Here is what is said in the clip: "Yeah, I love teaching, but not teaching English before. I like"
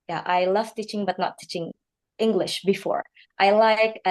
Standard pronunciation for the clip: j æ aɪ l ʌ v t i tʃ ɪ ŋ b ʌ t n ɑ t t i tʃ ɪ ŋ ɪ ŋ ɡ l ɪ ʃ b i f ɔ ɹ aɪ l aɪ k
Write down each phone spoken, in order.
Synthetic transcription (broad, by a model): j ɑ aɪ l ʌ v t i tʃ ɪ ŋ b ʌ t n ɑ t t i tʃ ɪ ŋ ɪ ŋ ɡ l ɪ ʃ b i f ɔ ɹ aɪ l aɪ k